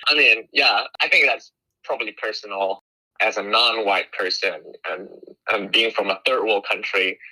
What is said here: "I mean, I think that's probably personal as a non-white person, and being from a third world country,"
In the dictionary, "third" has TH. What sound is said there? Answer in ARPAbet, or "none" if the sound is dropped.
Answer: TH